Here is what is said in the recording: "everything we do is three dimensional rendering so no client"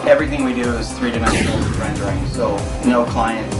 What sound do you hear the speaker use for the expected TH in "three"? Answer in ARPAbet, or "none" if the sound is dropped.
TH